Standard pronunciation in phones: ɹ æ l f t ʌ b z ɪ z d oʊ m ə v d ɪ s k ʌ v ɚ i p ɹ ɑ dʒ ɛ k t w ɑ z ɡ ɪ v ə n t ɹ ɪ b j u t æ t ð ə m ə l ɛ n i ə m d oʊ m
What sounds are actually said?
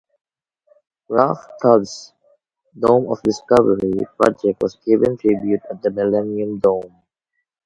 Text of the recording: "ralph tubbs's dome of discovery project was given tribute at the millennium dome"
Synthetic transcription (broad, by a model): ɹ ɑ f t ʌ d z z d oʊ m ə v d ɪ s k ʌ v ɚ i p ɹ ɑ dʒ ɛ k t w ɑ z ɡ ɪ v ə n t ɹ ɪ b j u t æ t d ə m ə l ɛ n i ə m d oʊ m